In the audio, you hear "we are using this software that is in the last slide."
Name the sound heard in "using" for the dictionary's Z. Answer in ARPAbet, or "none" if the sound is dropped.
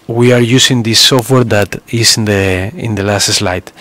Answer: S